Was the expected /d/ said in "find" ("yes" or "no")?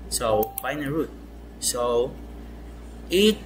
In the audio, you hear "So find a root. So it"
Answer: no